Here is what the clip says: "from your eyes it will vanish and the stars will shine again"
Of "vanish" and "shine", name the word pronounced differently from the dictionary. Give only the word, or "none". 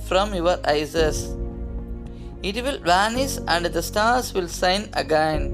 shine